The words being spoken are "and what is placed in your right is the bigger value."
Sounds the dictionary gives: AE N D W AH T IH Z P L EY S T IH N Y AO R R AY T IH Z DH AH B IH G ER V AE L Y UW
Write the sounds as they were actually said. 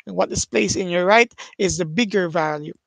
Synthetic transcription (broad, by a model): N W AH T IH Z P L EY S IH N Y AO R R AY T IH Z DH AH B IH G ER V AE L Y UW